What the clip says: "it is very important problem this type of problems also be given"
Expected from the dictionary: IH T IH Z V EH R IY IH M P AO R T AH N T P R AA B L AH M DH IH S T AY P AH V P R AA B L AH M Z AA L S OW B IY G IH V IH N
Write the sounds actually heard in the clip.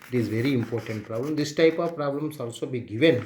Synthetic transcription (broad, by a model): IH T IH Z V EH R IY IH M P AO R T AH N T P R AA B L AH M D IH S T AY P AH V P R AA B L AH M S AA L S OW B IY G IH V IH N